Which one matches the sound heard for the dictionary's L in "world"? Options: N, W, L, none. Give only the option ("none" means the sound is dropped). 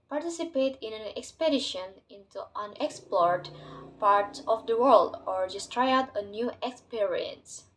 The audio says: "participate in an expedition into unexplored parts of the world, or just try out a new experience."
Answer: L